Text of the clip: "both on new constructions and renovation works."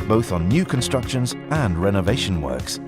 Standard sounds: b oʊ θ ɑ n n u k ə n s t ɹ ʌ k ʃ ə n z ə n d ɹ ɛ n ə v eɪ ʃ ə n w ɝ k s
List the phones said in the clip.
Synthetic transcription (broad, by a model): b oʊ θ n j u k ə n s t ɹ ʌ k ʃ ə n z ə n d ɹ ɛ n ə v eɪ ʃ ə n w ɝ k s